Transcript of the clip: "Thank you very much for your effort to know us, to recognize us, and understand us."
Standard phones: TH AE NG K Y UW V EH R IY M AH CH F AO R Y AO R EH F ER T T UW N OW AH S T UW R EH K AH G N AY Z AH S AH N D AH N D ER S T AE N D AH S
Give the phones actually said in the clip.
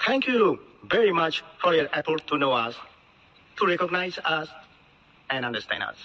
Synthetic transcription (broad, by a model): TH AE NG K Y UW V EH R IY M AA CH F AO R Y AO R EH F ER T T UW N OW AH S T UW R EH K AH G N AY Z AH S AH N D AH N D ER S T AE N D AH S